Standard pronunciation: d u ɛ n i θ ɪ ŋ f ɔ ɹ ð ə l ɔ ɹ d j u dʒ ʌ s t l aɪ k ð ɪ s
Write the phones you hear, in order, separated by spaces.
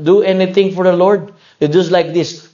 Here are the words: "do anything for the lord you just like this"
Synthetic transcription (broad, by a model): d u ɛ n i t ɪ ŋ f ɔ ɹ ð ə l ɔ ɹ d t dʒ ʌ s t l aɪ k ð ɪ s